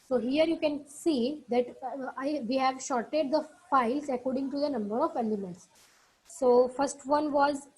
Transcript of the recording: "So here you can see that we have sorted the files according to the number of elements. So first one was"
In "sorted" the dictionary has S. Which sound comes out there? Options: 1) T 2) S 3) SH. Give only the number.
3